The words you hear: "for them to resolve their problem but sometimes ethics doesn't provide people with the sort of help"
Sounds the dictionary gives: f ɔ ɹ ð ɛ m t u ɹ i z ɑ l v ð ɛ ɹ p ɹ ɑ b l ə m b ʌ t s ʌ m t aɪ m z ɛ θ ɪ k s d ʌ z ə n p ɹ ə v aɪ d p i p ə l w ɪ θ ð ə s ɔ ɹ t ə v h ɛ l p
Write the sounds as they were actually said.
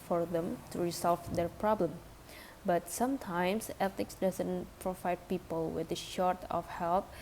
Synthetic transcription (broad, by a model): f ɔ ɹ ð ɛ m t u ɹ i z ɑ l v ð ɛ ɹ p ɹ ɑ b l ə m b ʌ t s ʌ m t aɪ m s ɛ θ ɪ k s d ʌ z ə n p ɹ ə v aɪ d p i p ə l w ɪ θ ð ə ʃ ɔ ɹ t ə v h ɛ l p